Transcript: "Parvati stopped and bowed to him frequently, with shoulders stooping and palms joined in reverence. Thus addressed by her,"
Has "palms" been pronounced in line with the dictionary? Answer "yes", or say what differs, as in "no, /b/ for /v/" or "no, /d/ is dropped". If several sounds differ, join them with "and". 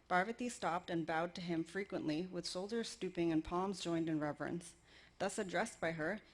yes